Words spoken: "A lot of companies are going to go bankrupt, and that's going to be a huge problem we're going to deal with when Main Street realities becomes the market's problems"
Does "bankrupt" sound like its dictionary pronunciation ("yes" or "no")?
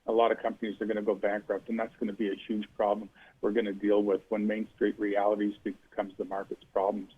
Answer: yes